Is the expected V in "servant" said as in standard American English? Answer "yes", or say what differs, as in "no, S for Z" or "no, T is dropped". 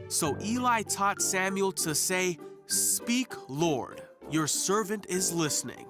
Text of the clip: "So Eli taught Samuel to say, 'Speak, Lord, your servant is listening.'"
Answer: yes